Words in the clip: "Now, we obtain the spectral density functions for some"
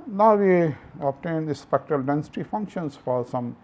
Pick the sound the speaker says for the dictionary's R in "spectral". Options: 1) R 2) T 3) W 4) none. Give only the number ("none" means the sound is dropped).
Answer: 1